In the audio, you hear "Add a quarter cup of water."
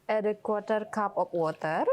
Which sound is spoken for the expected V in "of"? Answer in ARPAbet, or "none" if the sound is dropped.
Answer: P